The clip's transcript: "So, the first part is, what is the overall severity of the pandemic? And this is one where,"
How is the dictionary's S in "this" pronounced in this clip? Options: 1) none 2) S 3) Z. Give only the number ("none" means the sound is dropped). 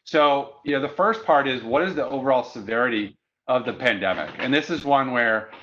2